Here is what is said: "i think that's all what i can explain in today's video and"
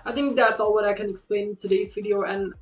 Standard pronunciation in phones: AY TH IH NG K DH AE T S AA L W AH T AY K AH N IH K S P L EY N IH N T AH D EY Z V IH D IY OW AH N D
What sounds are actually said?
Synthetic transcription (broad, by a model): AY TH IH NG K DH AE T S AA L W AH T AY K AH N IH K S P L EY IH N T AH D EY Z V IH D IY OW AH N